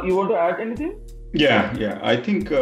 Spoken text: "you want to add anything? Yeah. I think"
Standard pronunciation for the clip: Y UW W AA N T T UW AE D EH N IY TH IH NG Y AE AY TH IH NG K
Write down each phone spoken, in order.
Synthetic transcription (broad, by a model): Y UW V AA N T T UW AE D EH N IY T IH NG Y AE AY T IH NG K